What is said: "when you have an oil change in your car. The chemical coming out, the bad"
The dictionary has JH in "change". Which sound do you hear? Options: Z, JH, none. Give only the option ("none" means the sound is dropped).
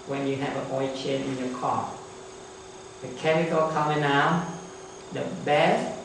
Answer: none